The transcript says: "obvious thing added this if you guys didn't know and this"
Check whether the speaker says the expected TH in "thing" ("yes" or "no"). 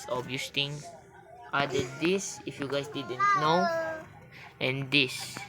no